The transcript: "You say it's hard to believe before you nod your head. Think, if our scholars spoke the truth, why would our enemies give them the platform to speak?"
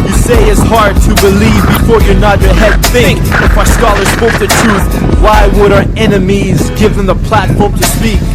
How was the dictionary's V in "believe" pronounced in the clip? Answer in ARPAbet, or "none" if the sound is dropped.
V